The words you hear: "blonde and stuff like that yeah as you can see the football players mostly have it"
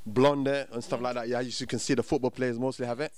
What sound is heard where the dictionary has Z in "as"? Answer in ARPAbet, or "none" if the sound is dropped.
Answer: S